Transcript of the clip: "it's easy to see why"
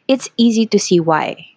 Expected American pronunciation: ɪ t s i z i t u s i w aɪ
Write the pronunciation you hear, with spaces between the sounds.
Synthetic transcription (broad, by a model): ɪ t s i z i t u s i w aɪ